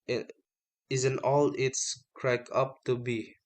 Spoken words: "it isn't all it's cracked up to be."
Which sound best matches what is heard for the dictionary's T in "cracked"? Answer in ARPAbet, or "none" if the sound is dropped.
none